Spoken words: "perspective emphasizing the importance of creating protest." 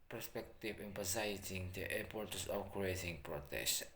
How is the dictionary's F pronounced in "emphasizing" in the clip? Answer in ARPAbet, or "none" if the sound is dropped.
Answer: P